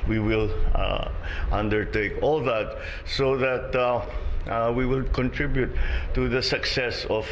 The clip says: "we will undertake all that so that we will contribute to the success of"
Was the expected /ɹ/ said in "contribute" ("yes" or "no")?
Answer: yes